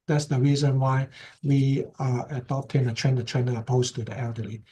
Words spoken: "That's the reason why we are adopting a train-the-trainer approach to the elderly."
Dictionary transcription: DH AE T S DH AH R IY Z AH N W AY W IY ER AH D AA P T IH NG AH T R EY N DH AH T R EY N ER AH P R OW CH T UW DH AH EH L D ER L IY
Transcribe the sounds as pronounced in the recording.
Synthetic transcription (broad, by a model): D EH T S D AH R IY Z AH N W AY W IY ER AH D AA P T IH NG AH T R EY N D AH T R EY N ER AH P OW S T UW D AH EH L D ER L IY